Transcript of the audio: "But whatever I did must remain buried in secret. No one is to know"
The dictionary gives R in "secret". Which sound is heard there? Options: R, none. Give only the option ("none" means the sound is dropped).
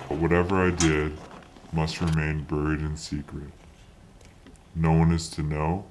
R